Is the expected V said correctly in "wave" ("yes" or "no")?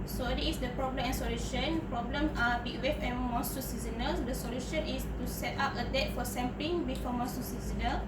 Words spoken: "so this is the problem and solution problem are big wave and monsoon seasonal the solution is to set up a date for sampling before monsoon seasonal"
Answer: no